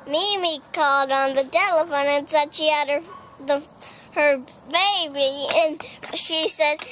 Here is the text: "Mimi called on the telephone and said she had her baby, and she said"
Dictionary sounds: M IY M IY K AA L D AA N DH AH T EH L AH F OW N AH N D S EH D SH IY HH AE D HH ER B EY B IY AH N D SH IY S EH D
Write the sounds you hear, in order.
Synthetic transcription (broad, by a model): M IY M IY K AA L D N DH AH T EH L AH F OW N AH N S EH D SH IY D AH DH HH ER B EY B IY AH N SH IY S EH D